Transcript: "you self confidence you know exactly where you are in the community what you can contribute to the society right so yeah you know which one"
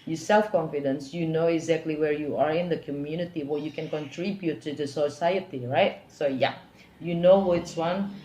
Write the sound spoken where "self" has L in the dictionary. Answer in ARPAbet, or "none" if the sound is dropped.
L